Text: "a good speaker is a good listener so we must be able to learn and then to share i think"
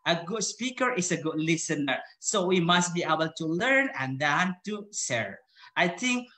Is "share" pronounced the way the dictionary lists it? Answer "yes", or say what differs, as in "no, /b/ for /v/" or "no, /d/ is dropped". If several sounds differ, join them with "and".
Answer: no, /s/ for /ʃ/